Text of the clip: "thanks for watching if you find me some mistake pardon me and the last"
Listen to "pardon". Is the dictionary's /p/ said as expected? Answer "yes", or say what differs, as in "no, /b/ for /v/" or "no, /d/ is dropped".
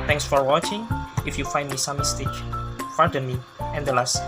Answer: no, /f/ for /p/